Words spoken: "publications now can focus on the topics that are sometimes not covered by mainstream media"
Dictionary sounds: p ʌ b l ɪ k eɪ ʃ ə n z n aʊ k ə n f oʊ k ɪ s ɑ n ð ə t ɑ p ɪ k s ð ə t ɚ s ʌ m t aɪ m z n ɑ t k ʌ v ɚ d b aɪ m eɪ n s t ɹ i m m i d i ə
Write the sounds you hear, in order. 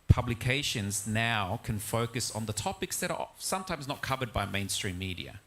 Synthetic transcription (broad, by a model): p ʌ b l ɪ k eɪ ʃ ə n z n aʊ k ə n f oʊ k ɪ s n ð ə t ɑ p ɪ k s ð ə t ɚ s ʌ m t aɪ m z n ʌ t k ʌ v ɚ d b aɪ m eɪ n s t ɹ i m m i d i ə